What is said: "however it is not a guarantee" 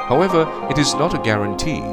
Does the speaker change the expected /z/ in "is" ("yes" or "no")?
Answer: no